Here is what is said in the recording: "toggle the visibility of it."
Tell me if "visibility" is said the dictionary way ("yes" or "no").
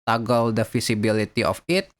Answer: no